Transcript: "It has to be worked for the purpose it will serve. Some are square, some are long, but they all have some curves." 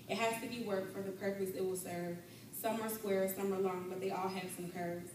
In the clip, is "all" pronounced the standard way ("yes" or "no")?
yes